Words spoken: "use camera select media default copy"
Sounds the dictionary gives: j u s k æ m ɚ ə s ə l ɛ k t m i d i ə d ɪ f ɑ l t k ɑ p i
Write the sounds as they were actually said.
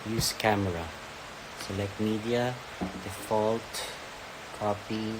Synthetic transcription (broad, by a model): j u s k æ m ɚ ə s ə l ɛ k t m i d i ə d ɪ f ɑ l t k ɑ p i